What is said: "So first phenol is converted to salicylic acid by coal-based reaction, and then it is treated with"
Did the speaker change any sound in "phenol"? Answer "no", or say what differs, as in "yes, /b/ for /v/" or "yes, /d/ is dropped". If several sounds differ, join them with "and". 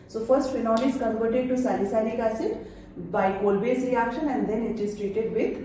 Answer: yes, /n/ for /l/